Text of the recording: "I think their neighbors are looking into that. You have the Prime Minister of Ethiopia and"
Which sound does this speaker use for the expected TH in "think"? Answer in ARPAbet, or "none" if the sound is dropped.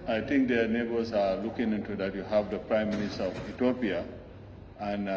T